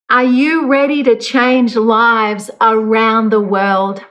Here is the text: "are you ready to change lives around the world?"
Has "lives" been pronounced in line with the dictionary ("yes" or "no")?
yes